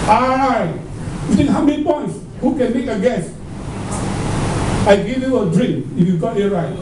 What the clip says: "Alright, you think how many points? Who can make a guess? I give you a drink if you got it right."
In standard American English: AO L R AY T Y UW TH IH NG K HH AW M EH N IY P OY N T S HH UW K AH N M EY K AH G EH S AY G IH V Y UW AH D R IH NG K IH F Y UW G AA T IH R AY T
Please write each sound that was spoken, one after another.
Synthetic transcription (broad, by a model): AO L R AY T Y UW T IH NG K HH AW M EH N IY P OY N T S HH UW K AH N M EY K AH G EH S AY G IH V Y UW AH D R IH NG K IH F Y UW G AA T IH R AY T